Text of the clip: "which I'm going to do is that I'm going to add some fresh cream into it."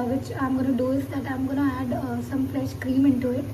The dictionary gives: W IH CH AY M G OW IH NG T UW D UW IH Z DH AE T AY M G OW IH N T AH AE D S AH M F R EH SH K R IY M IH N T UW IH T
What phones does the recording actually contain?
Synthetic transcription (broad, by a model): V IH CH AY M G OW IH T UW D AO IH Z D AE T AY M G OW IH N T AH AE D S AH M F L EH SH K R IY M IH N T UW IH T